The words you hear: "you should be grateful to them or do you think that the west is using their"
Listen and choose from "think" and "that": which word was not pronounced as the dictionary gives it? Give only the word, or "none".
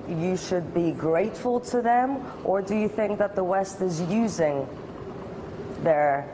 none